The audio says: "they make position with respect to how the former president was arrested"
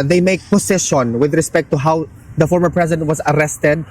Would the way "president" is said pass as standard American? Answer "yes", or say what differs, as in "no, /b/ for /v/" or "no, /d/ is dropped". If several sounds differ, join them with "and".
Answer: no, /s/ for /z/